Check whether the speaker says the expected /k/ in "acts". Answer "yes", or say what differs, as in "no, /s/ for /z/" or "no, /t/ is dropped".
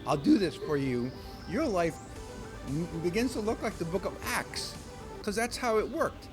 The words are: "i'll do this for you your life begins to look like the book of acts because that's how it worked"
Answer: yes